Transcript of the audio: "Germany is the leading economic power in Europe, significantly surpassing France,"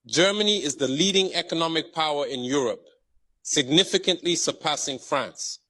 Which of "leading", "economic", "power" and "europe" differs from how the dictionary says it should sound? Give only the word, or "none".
none